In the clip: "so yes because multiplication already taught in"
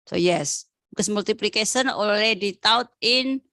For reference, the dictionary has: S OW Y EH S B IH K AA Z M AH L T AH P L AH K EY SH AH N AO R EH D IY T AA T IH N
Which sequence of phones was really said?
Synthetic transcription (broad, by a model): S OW Y EH S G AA S M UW L T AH P L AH K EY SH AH N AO L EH D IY T AA T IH N